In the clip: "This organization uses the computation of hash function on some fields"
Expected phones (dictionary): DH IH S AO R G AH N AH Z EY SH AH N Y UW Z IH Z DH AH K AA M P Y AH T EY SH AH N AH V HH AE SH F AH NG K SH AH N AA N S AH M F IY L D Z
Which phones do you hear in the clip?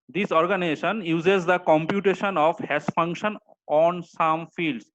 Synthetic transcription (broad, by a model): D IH S AO R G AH N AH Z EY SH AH N Y UW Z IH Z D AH K AA M P Y AH T EY SH AH N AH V HH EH S F AH NG K SH AH N AA N S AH M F IY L D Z